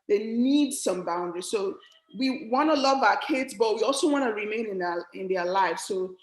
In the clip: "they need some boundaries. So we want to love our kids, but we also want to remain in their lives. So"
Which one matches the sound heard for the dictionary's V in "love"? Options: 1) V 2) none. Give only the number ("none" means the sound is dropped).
1